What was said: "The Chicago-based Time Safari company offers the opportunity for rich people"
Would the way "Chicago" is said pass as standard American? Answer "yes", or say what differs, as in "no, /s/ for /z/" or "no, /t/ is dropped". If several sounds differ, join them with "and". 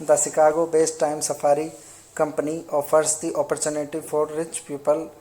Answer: no, /s/ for /ʃ/